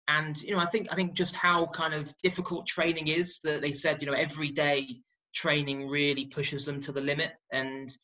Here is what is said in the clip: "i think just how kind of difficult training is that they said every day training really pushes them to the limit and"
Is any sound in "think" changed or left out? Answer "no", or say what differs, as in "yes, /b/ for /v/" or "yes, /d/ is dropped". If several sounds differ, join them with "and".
no